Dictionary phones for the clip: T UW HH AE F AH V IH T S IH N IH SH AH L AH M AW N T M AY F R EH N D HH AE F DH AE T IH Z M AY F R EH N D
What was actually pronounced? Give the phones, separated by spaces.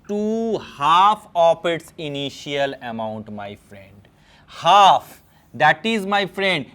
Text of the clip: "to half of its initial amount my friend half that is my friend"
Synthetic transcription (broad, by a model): T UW HH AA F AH P IH T S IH N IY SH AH L AH M AW N T M AY F R EH N D HH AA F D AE T IH Z M AY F R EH N D